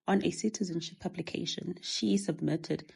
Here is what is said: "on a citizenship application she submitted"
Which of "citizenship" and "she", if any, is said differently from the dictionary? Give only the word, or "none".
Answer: none